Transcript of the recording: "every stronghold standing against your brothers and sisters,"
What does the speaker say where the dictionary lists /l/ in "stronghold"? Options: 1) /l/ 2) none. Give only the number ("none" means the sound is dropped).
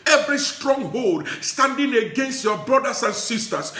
1